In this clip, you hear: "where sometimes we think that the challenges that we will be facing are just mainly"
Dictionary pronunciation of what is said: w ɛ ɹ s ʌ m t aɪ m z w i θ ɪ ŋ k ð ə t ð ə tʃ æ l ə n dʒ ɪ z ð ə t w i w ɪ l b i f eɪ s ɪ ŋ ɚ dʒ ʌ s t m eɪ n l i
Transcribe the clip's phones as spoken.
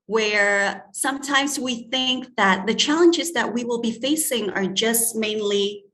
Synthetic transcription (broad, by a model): w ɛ ɹ s ʌ m t aɪ m z w i θ ɪ ŋ k ð ə t ð ə tʃ æ l ə n dʒ ɪ z ð ə t w i w ɪ l b i f eɪ s ɪ ŋ ɚ dʒ ʌ s t m eɪ n l i